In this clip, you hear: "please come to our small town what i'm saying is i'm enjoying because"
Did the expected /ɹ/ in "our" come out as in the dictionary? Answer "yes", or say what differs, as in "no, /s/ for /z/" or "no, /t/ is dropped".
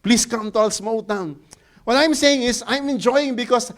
no, /l/ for /ɹ/